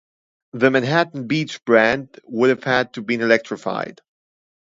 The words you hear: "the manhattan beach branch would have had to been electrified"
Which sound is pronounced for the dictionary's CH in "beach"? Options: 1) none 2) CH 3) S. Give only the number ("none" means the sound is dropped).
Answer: 2